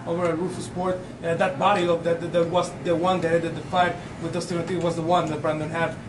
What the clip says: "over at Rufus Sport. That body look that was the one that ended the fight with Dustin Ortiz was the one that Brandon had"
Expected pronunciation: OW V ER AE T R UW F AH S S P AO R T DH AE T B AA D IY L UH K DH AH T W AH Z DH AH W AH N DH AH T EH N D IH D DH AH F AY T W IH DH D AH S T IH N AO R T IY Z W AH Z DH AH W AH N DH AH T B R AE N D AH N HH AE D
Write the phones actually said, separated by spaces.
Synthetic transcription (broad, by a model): OW V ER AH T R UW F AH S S P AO R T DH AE T B AA D IY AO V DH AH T W AH Z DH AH W AH N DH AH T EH D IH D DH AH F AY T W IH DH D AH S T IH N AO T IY W AH Z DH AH W AH N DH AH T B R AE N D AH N HH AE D